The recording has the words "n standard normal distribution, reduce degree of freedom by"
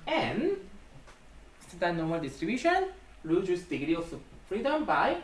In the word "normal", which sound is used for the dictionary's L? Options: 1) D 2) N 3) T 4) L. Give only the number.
4